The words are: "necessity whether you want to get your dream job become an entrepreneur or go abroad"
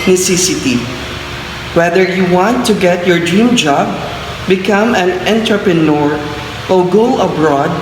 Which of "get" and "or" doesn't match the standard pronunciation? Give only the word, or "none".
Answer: or